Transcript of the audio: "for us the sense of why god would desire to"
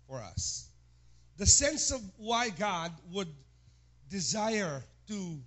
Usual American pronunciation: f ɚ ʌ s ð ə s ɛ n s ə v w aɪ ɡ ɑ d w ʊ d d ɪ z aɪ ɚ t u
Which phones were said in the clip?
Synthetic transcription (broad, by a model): f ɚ ʌ s ð ə s ɛ n s ə v w aɪ ɡ ɑ d w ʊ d d ɪ z aɪ ɚ t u